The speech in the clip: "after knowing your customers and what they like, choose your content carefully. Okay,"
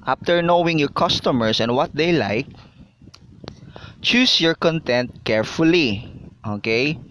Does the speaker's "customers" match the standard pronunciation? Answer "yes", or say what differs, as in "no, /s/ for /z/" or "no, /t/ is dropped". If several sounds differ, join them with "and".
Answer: no, /s/ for /z/